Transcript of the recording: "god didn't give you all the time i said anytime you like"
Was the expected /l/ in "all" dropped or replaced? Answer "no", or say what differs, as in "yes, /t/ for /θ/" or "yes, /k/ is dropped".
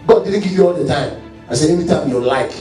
no